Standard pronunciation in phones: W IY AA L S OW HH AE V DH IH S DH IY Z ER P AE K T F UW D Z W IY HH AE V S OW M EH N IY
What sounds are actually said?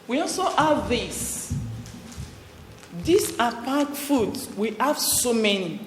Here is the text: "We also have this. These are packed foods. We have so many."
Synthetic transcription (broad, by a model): W IY AA L S OW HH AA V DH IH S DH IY S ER P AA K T F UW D W IY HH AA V S OW M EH N IY